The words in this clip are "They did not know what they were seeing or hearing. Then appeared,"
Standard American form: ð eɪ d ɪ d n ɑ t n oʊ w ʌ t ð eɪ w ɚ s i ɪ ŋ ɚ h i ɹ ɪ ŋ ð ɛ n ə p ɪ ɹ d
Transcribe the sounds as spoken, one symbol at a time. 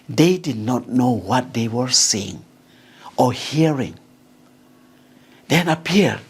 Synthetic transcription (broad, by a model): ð eɪ d ɪ d n ɑ t n oʊ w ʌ t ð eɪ w ɚ s i ɪ ŋ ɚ h i ɹ ɪ ŋ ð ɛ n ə p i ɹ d